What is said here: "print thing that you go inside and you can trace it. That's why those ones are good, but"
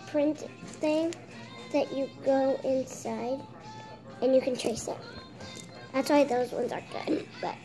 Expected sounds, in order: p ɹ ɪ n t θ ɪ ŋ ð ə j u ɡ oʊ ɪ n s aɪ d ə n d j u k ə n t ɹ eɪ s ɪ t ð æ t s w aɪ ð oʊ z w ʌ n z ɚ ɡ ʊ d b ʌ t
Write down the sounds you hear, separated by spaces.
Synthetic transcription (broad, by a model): p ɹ ɪ n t θ ɪ ŋ ð ə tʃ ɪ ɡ oʊ ɪ n s aɪ d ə n j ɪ k ə n t ɹ eɪ s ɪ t ð æ t s w aɪ ð oʊ z w ʌ n z ɚ ɡ ʊ d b ʌ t